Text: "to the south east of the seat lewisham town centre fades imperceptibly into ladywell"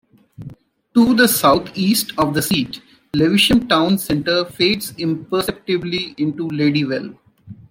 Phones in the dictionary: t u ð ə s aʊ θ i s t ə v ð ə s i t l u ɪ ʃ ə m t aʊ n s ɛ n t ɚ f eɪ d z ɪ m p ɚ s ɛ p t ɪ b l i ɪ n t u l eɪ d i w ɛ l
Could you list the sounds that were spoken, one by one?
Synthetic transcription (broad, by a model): t u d ə s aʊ t i s t ə v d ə s i t l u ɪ ʃ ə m t aʊ n s ɛ n t ɚ f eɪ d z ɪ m p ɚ s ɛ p t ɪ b l i ɪ n t u l eɪ d i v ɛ l